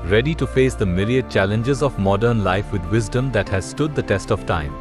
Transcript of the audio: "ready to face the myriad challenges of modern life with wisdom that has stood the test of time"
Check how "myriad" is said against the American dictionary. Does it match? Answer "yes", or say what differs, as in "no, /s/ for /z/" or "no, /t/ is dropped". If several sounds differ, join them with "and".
no, /l/ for /ɹ/